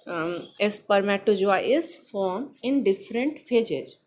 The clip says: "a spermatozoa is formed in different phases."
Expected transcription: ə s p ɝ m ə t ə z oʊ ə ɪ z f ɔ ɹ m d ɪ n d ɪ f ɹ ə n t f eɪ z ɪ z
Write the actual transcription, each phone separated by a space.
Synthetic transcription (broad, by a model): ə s p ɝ m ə t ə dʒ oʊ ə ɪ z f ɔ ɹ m ɪ n d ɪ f ɹ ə n t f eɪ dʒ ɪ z